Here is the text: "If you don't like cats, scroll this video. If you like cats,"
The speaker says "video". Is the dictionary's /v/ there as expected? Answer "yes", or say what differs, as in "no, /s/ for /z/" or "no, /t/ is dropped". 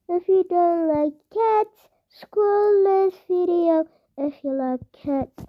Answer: no, /f/ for /v/